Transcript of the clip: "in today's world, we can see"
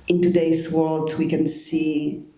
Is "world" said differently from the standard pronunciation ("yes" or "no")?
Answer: no